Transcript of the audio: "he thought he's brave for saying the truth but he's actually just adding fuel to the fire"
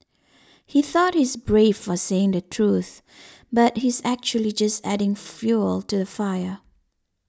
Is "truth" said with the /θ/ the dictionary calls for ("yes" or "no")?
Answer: yes